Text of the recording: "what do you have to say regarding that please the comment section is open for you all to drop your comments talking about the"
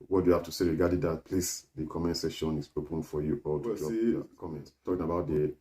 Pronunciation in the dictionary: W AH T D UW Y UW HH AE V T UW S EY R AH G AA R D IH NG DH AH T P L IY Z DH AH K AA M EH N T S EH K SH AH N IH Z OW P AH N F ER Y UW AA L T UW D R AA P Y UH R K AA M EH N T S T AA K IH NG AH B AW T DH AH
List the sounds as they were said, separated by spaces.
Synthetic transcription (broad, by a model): W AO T D UW Y UW HH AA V T UW S EY R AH G AA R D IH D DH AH T P L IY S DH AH K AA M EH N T S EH SH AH N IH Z OW P AH N F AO Y UW AA L T UW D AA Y K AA M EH N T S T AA K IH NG AH B AW T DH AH